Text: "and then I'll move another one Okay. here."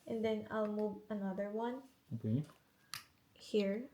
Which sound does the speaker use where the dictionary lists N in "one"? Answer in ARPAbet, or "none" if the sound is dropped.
N